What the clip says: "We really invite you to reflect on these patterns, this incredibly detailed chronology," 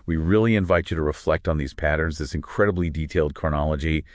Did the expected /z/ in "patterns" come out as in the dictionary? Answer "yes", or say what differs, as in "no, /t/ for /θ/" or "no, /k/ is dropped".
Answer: yes